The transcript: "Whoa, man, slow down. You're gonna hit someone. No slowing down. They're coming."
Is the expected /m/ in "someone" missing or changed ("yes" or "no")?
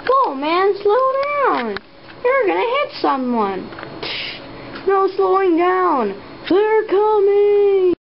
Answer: no